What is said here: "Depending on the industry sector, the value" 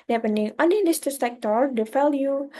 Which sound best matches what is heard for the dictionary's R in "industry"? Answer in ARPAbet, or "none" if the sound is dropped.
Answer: none